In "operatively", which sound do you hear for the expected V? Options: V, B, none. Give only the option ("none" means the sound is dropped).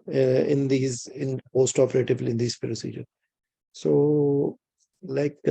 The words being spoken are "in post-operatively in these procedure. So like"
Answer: B